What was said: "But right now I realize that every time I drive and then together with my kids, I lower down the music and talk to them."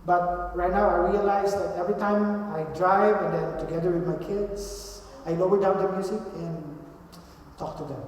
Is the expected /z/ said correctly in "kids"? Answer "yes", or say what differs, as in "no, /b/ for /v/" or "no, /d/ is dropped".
no, /s/ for /z/